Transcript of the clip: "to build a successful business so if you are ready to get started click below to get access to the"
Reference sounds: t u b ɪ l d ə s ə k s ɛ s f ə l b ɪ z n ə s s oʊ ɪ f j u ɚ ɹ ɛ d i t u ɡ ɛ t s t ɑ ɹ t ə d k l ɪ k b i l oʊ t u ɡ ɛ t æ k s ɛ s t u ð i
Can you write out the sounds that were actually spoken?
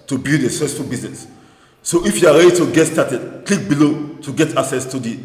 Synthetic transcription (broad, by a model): t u b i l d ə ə s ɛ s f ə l b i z n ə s s oʊ ɪ f j u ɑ ɹ ɛ d i t u ɡ ɛ t s t ɑ t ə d k l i k b i l oʊ t u ɡ ɛ t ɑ k s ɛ s t u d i